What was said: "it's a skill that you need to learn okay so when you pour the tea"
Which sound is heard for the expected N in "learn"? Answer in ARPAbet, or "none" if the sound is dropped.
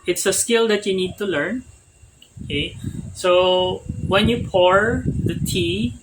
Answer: N